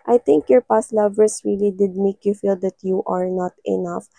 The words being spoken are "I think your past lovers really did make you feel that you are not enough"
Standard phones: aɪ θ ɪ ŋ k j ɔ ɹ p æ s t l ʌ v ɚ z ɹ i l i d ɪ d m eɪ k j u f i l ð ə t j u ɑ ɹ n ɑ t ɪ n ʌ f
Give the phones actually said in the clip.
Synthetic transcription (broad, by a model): aɪ t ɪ ŋ k j ɔ ɹ p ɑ s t l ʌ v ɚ s ɹ i l i d ɪ d m eɪ k j u f i l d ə t j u ɑ ɹ n ɑ t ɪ n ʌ f